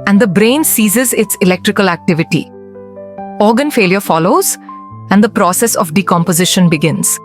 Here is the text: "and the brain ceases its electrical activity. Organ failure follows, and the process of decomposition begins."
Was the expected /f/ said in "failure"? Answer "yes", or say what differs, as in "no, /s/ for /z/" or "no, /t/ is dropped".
yes